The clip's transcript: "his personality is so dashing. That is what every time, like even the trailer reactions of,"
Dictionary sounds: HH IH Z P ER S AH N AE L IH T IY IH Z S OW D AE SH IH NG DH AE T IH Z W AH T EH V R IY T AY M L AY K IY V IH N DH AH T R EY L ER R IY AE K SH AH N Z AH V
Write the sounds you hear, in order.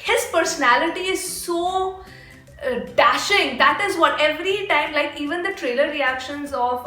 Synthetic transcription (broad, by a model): HH IH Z P ER S AH N AE L IH T IY IH Z S OW D AE SH IH NG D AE T IH Z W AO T EH V R IY T AY M L AY K IY V IH N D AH T R EY L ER R IY AE K SH AH N Z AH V